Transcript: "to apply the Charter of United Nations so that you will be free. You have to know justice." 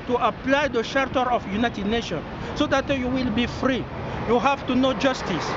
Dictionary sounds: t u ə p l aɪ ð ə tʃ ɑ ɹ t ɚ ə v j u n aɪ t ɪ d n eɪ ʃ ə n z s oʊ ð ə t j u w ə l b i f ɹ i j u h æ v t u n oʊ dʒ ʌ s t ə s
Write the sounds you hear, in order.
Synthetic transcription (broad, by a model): t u ə p l aɪ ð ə ʃ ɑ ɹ t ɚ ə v j u n aɪ t ɪ d n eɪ ʃ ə n s oʊ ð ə t j u w ə l b i f ɹ i j u h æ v t u n oʊ dʒ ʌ s t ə s